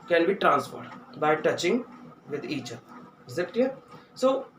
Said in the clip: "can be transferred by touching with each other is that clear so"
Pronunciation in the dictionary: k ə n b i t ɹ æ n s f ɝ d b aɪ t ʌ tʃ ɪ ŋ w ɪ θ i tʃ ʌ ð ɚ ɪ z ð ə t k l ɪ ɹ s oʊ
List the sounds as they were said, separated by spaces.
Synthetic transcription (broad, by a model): k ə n b i t ɹ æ n s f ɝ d b aɪ t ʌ tʃ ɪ ŋ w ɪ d i tʃ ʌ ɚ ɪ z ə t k ɪ s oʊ